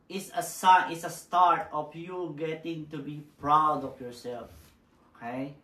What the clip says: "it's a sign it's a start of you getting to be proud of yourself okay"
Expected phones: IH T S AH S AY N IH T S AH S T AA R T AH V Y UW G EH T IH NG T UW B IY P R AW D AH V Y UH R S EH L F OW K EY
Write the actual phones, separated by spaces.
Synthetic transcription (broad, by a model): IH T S AH S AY IH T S AH S T AA R T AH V Y UW G EH T IH NG T UW B IY P R AW D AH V Y UH R S EH L F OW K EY